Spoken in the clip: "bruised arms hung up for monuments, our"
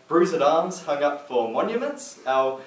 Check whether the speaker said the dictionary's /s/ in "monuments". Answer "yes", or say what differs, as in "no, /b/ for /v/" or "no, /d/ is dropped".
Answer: yes